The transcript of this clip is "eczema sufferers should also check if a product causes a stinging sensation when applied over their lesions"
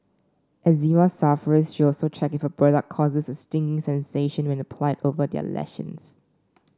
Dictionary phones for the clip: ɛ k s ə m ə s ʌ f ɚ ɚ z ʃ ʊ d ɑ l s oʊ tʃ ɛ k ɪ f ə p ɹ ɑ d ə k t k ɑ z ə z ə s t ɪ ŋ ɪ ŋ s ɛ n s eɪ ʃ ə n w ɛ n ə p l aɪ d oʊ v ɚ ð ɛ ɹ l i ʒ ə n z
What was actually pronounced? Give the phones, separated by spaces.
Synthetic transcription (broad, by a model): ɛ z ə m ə s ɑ f ɚ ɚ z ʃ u ɑ l s oʊ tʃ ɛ k ɪ f ə b ɹ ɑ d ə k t k ɑ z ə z ə s t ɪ ŋ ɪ ŋ s ɛ n s eɪ ʃ ə n w ɛ n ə p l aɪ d oʊ v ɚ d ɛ l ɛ ʃ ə n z